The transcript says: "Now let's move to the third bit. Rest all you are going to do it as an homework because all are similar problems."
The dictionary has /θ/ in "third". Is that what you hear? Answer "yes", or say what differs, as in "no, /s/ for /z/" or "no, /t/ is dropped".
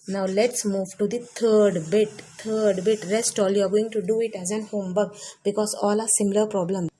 no, /t/ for /θ/